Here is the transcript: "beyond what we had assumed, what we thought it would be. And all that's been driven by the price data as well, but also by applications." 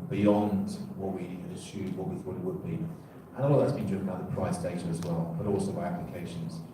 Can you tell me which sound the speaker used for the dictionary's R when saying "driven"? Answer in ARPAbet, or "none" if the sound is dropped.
none